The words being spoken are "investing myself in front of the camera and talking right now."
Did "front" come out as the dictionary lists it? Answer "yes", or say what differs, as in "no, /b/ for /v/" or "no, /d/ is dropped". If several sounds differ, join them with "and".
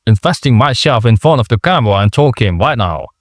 no, /ɹ/ is dropped and /t/ is dropped